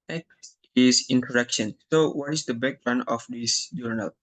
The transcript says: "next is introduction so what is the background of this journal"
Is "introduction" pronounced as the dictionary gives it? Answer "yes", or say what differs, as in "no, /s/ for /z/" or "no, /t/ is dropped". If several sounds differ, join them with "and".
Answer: no, /ɹ/ is dropped